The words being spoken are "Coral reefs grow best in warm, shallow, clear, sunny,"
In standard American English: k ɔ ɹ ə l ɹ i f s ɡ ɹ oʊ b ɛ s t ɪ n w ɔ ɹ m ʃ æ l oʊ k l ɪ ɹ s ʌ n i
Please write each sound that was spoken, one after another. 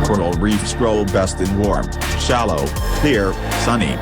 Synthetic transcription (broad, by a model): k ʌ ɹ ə l ɹ i f s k ɹ oʊ b ɛ s t ɪ n w ɔ ɹ m ʃ æ l oʊ k l ɪ ɹ s ʌ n i